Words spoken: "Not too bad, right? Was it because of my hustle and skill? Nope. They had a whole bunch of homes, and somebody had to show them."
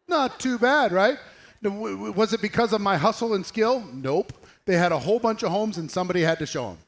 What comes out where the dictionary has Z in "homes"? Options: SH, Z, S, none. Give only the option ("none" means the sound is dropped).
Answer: Z